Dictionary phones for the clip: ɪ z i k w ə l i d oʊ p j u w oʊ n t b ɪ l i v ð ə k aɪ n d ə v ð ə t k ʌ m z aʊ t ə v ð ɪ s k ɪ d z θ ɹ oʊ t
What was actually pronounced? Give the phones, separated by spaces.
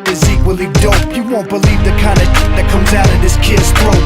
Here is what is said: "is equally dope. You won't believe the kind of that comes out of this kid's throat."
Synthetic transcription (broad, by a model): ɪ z i k w ə l i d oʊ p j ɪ w oʊ n b ɪ l i v ð ə k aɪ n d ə ð ə t k ʌ m z aʊ t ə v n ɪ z k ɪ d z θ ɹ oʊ